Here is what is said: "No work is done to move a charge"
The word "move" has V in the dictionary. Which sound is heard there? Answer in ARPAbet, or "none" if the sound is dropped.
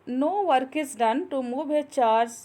B